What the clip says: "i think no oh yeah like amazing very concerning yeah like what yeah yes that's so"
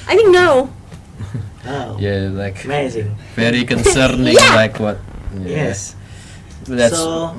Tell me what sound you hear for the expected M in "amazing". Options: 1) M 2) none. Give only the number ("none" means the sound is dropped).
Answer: 2